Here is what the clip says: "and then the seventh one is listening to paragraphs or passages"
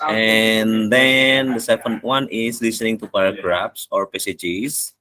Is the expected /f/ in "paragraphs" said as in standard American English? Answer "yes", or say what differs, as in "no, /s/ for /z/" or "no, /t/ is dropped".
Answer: no, /p/ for /f/